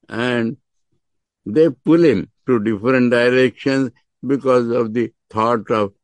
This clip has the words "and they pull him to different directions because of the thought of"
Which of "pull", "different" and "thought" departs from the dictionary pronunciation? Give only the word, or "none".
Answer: thought